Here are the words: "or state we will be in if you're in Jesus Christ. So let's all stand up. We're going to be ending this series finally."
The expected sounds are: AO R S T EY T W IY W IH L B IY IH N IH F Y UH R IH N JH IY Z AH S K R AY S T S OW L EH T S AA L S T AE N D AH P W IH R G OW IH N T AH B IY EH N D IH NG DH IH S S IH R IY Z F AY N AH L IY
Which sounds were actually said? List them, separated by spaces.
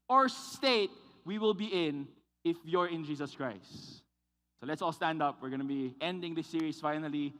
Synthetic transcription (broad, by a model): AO R S T EY T W IY W IH L B IY IH N IH F Y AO R IH N JH IY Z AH S K R AY S T S OW L EH T S AA L S T AE N D AH P W IH R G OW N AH B IY EH N D IH NG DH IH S S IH R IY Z F AY N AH L IY